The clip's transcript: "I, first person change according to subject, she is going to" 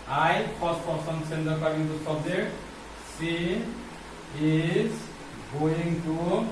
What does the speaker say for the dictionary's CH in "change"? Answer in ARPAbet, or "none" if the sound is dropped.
S